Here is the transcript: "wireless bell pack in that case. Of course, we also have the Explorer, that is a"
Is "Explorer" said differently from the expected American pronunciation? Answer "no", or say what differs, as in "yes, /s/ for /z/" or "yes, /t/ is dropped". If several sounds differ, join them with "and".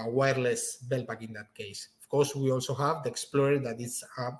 no